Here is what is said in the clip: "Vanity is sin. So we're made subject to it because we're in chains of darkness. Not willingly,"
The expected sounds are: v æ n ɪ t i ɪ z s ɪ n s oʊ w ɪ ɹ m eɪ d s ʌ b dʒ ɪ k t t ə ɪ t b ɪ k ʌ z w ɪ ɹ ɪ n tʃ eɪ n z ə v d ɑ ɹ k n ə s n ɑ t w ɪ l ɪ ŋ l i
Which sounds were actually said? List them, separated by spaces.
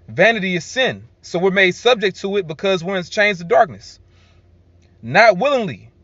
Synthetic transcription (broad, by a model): v æ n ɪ t i ɪ z s ɪ n s oʊ w ɪ ɹ m eɪ s ʌ b dʒ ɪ k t t ə ɪ t b ɪ k ʌ z w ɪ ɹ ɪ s tʃ eɪ n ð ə d ɑ ɹ k n ə s n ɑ t w ɪ l ɪ ŋ l i